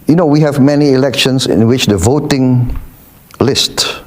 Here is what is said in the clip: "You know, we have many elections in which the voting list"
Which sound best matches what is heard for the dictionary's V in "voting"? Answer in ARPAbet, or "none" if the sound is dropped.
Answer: V